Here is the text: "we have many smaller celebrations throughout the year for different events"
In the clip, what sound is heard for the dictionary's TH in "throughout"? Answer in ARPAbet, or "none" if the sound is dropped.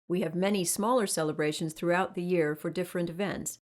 TH